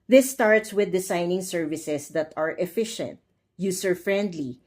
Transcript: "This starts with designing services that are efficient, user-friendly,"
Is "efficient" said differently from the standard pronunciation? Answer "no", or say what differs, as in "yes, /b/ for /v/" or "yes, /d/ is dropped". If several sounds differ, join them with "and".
no